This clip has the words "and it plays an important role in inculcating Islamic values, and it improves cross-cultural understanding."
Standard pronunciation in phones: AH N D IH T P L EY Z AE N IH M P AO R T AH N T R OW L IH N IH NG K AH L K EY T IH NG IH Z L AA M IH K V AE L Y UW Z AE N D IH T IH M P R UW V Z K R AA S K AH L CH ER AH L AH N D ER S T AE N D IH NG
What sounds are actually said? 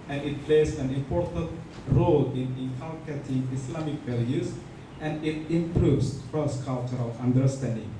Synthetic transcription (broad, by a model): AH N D IH T P L EY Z AE N IH M P AO R T AH N T R OW L IH N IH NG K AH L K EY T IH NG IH S L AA M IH K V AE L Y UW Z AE N D IH T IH M P R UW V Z K R AA S K AH L CH ER AH L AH N D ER S T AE N D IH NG